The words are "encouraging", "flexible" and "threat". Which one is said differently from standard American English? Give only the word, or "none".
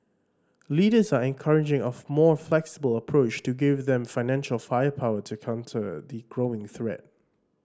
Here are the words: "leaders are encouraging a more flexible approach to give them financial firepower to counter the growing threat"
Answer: none